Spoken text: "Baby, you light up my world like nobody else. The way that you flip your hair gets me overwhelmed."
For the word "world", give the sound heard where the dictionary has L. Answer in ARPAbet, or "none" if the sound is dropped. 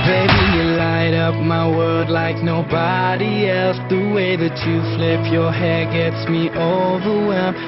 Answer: none